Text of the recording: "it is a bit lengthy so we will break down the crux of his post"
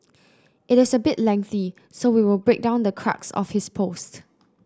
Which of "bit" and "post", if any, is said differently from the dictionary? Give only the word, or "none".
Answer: none